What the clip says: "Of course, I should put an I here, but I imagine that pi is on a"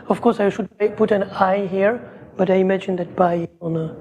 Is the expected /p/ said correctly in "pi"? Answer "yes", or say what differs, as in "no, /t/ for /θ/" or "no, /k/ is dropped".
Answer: no, /b/ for /p/